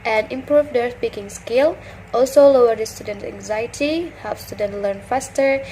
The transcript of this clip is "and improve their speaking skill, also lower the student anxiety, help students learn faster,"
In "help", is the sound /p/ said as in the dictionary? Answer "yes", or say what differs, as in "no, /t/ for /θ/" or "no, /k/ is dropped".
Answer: no, /f/ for /p/